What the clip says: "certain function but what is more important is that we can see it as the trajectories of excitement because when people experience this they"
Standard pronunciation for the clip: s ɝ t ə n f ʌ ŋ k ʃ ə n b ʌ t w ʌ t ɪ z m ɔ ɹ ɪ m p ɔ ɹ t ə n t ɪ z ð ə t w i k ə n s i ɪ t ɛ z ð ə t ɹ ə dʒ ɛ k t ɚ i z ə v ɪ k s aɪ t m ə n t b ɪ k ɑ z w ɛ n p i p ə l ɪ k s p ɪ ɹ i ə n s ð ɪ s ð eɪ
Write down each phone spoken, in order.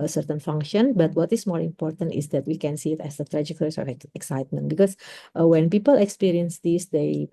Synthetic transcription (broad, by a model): s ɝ t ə n f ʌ ŋ k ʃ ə n b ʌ t w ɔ t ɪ s m ɔ ɹ ɪ m p ɔ ɹ t ə n t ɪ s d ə t w i k ə n s i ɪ t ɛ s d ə t ɹ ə dʒ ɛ k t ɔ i s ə f ɪ k s aɪ t m ə n t b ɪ k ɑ s w ɛ n p i p ə l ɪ k s p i ɹ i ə n s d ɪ s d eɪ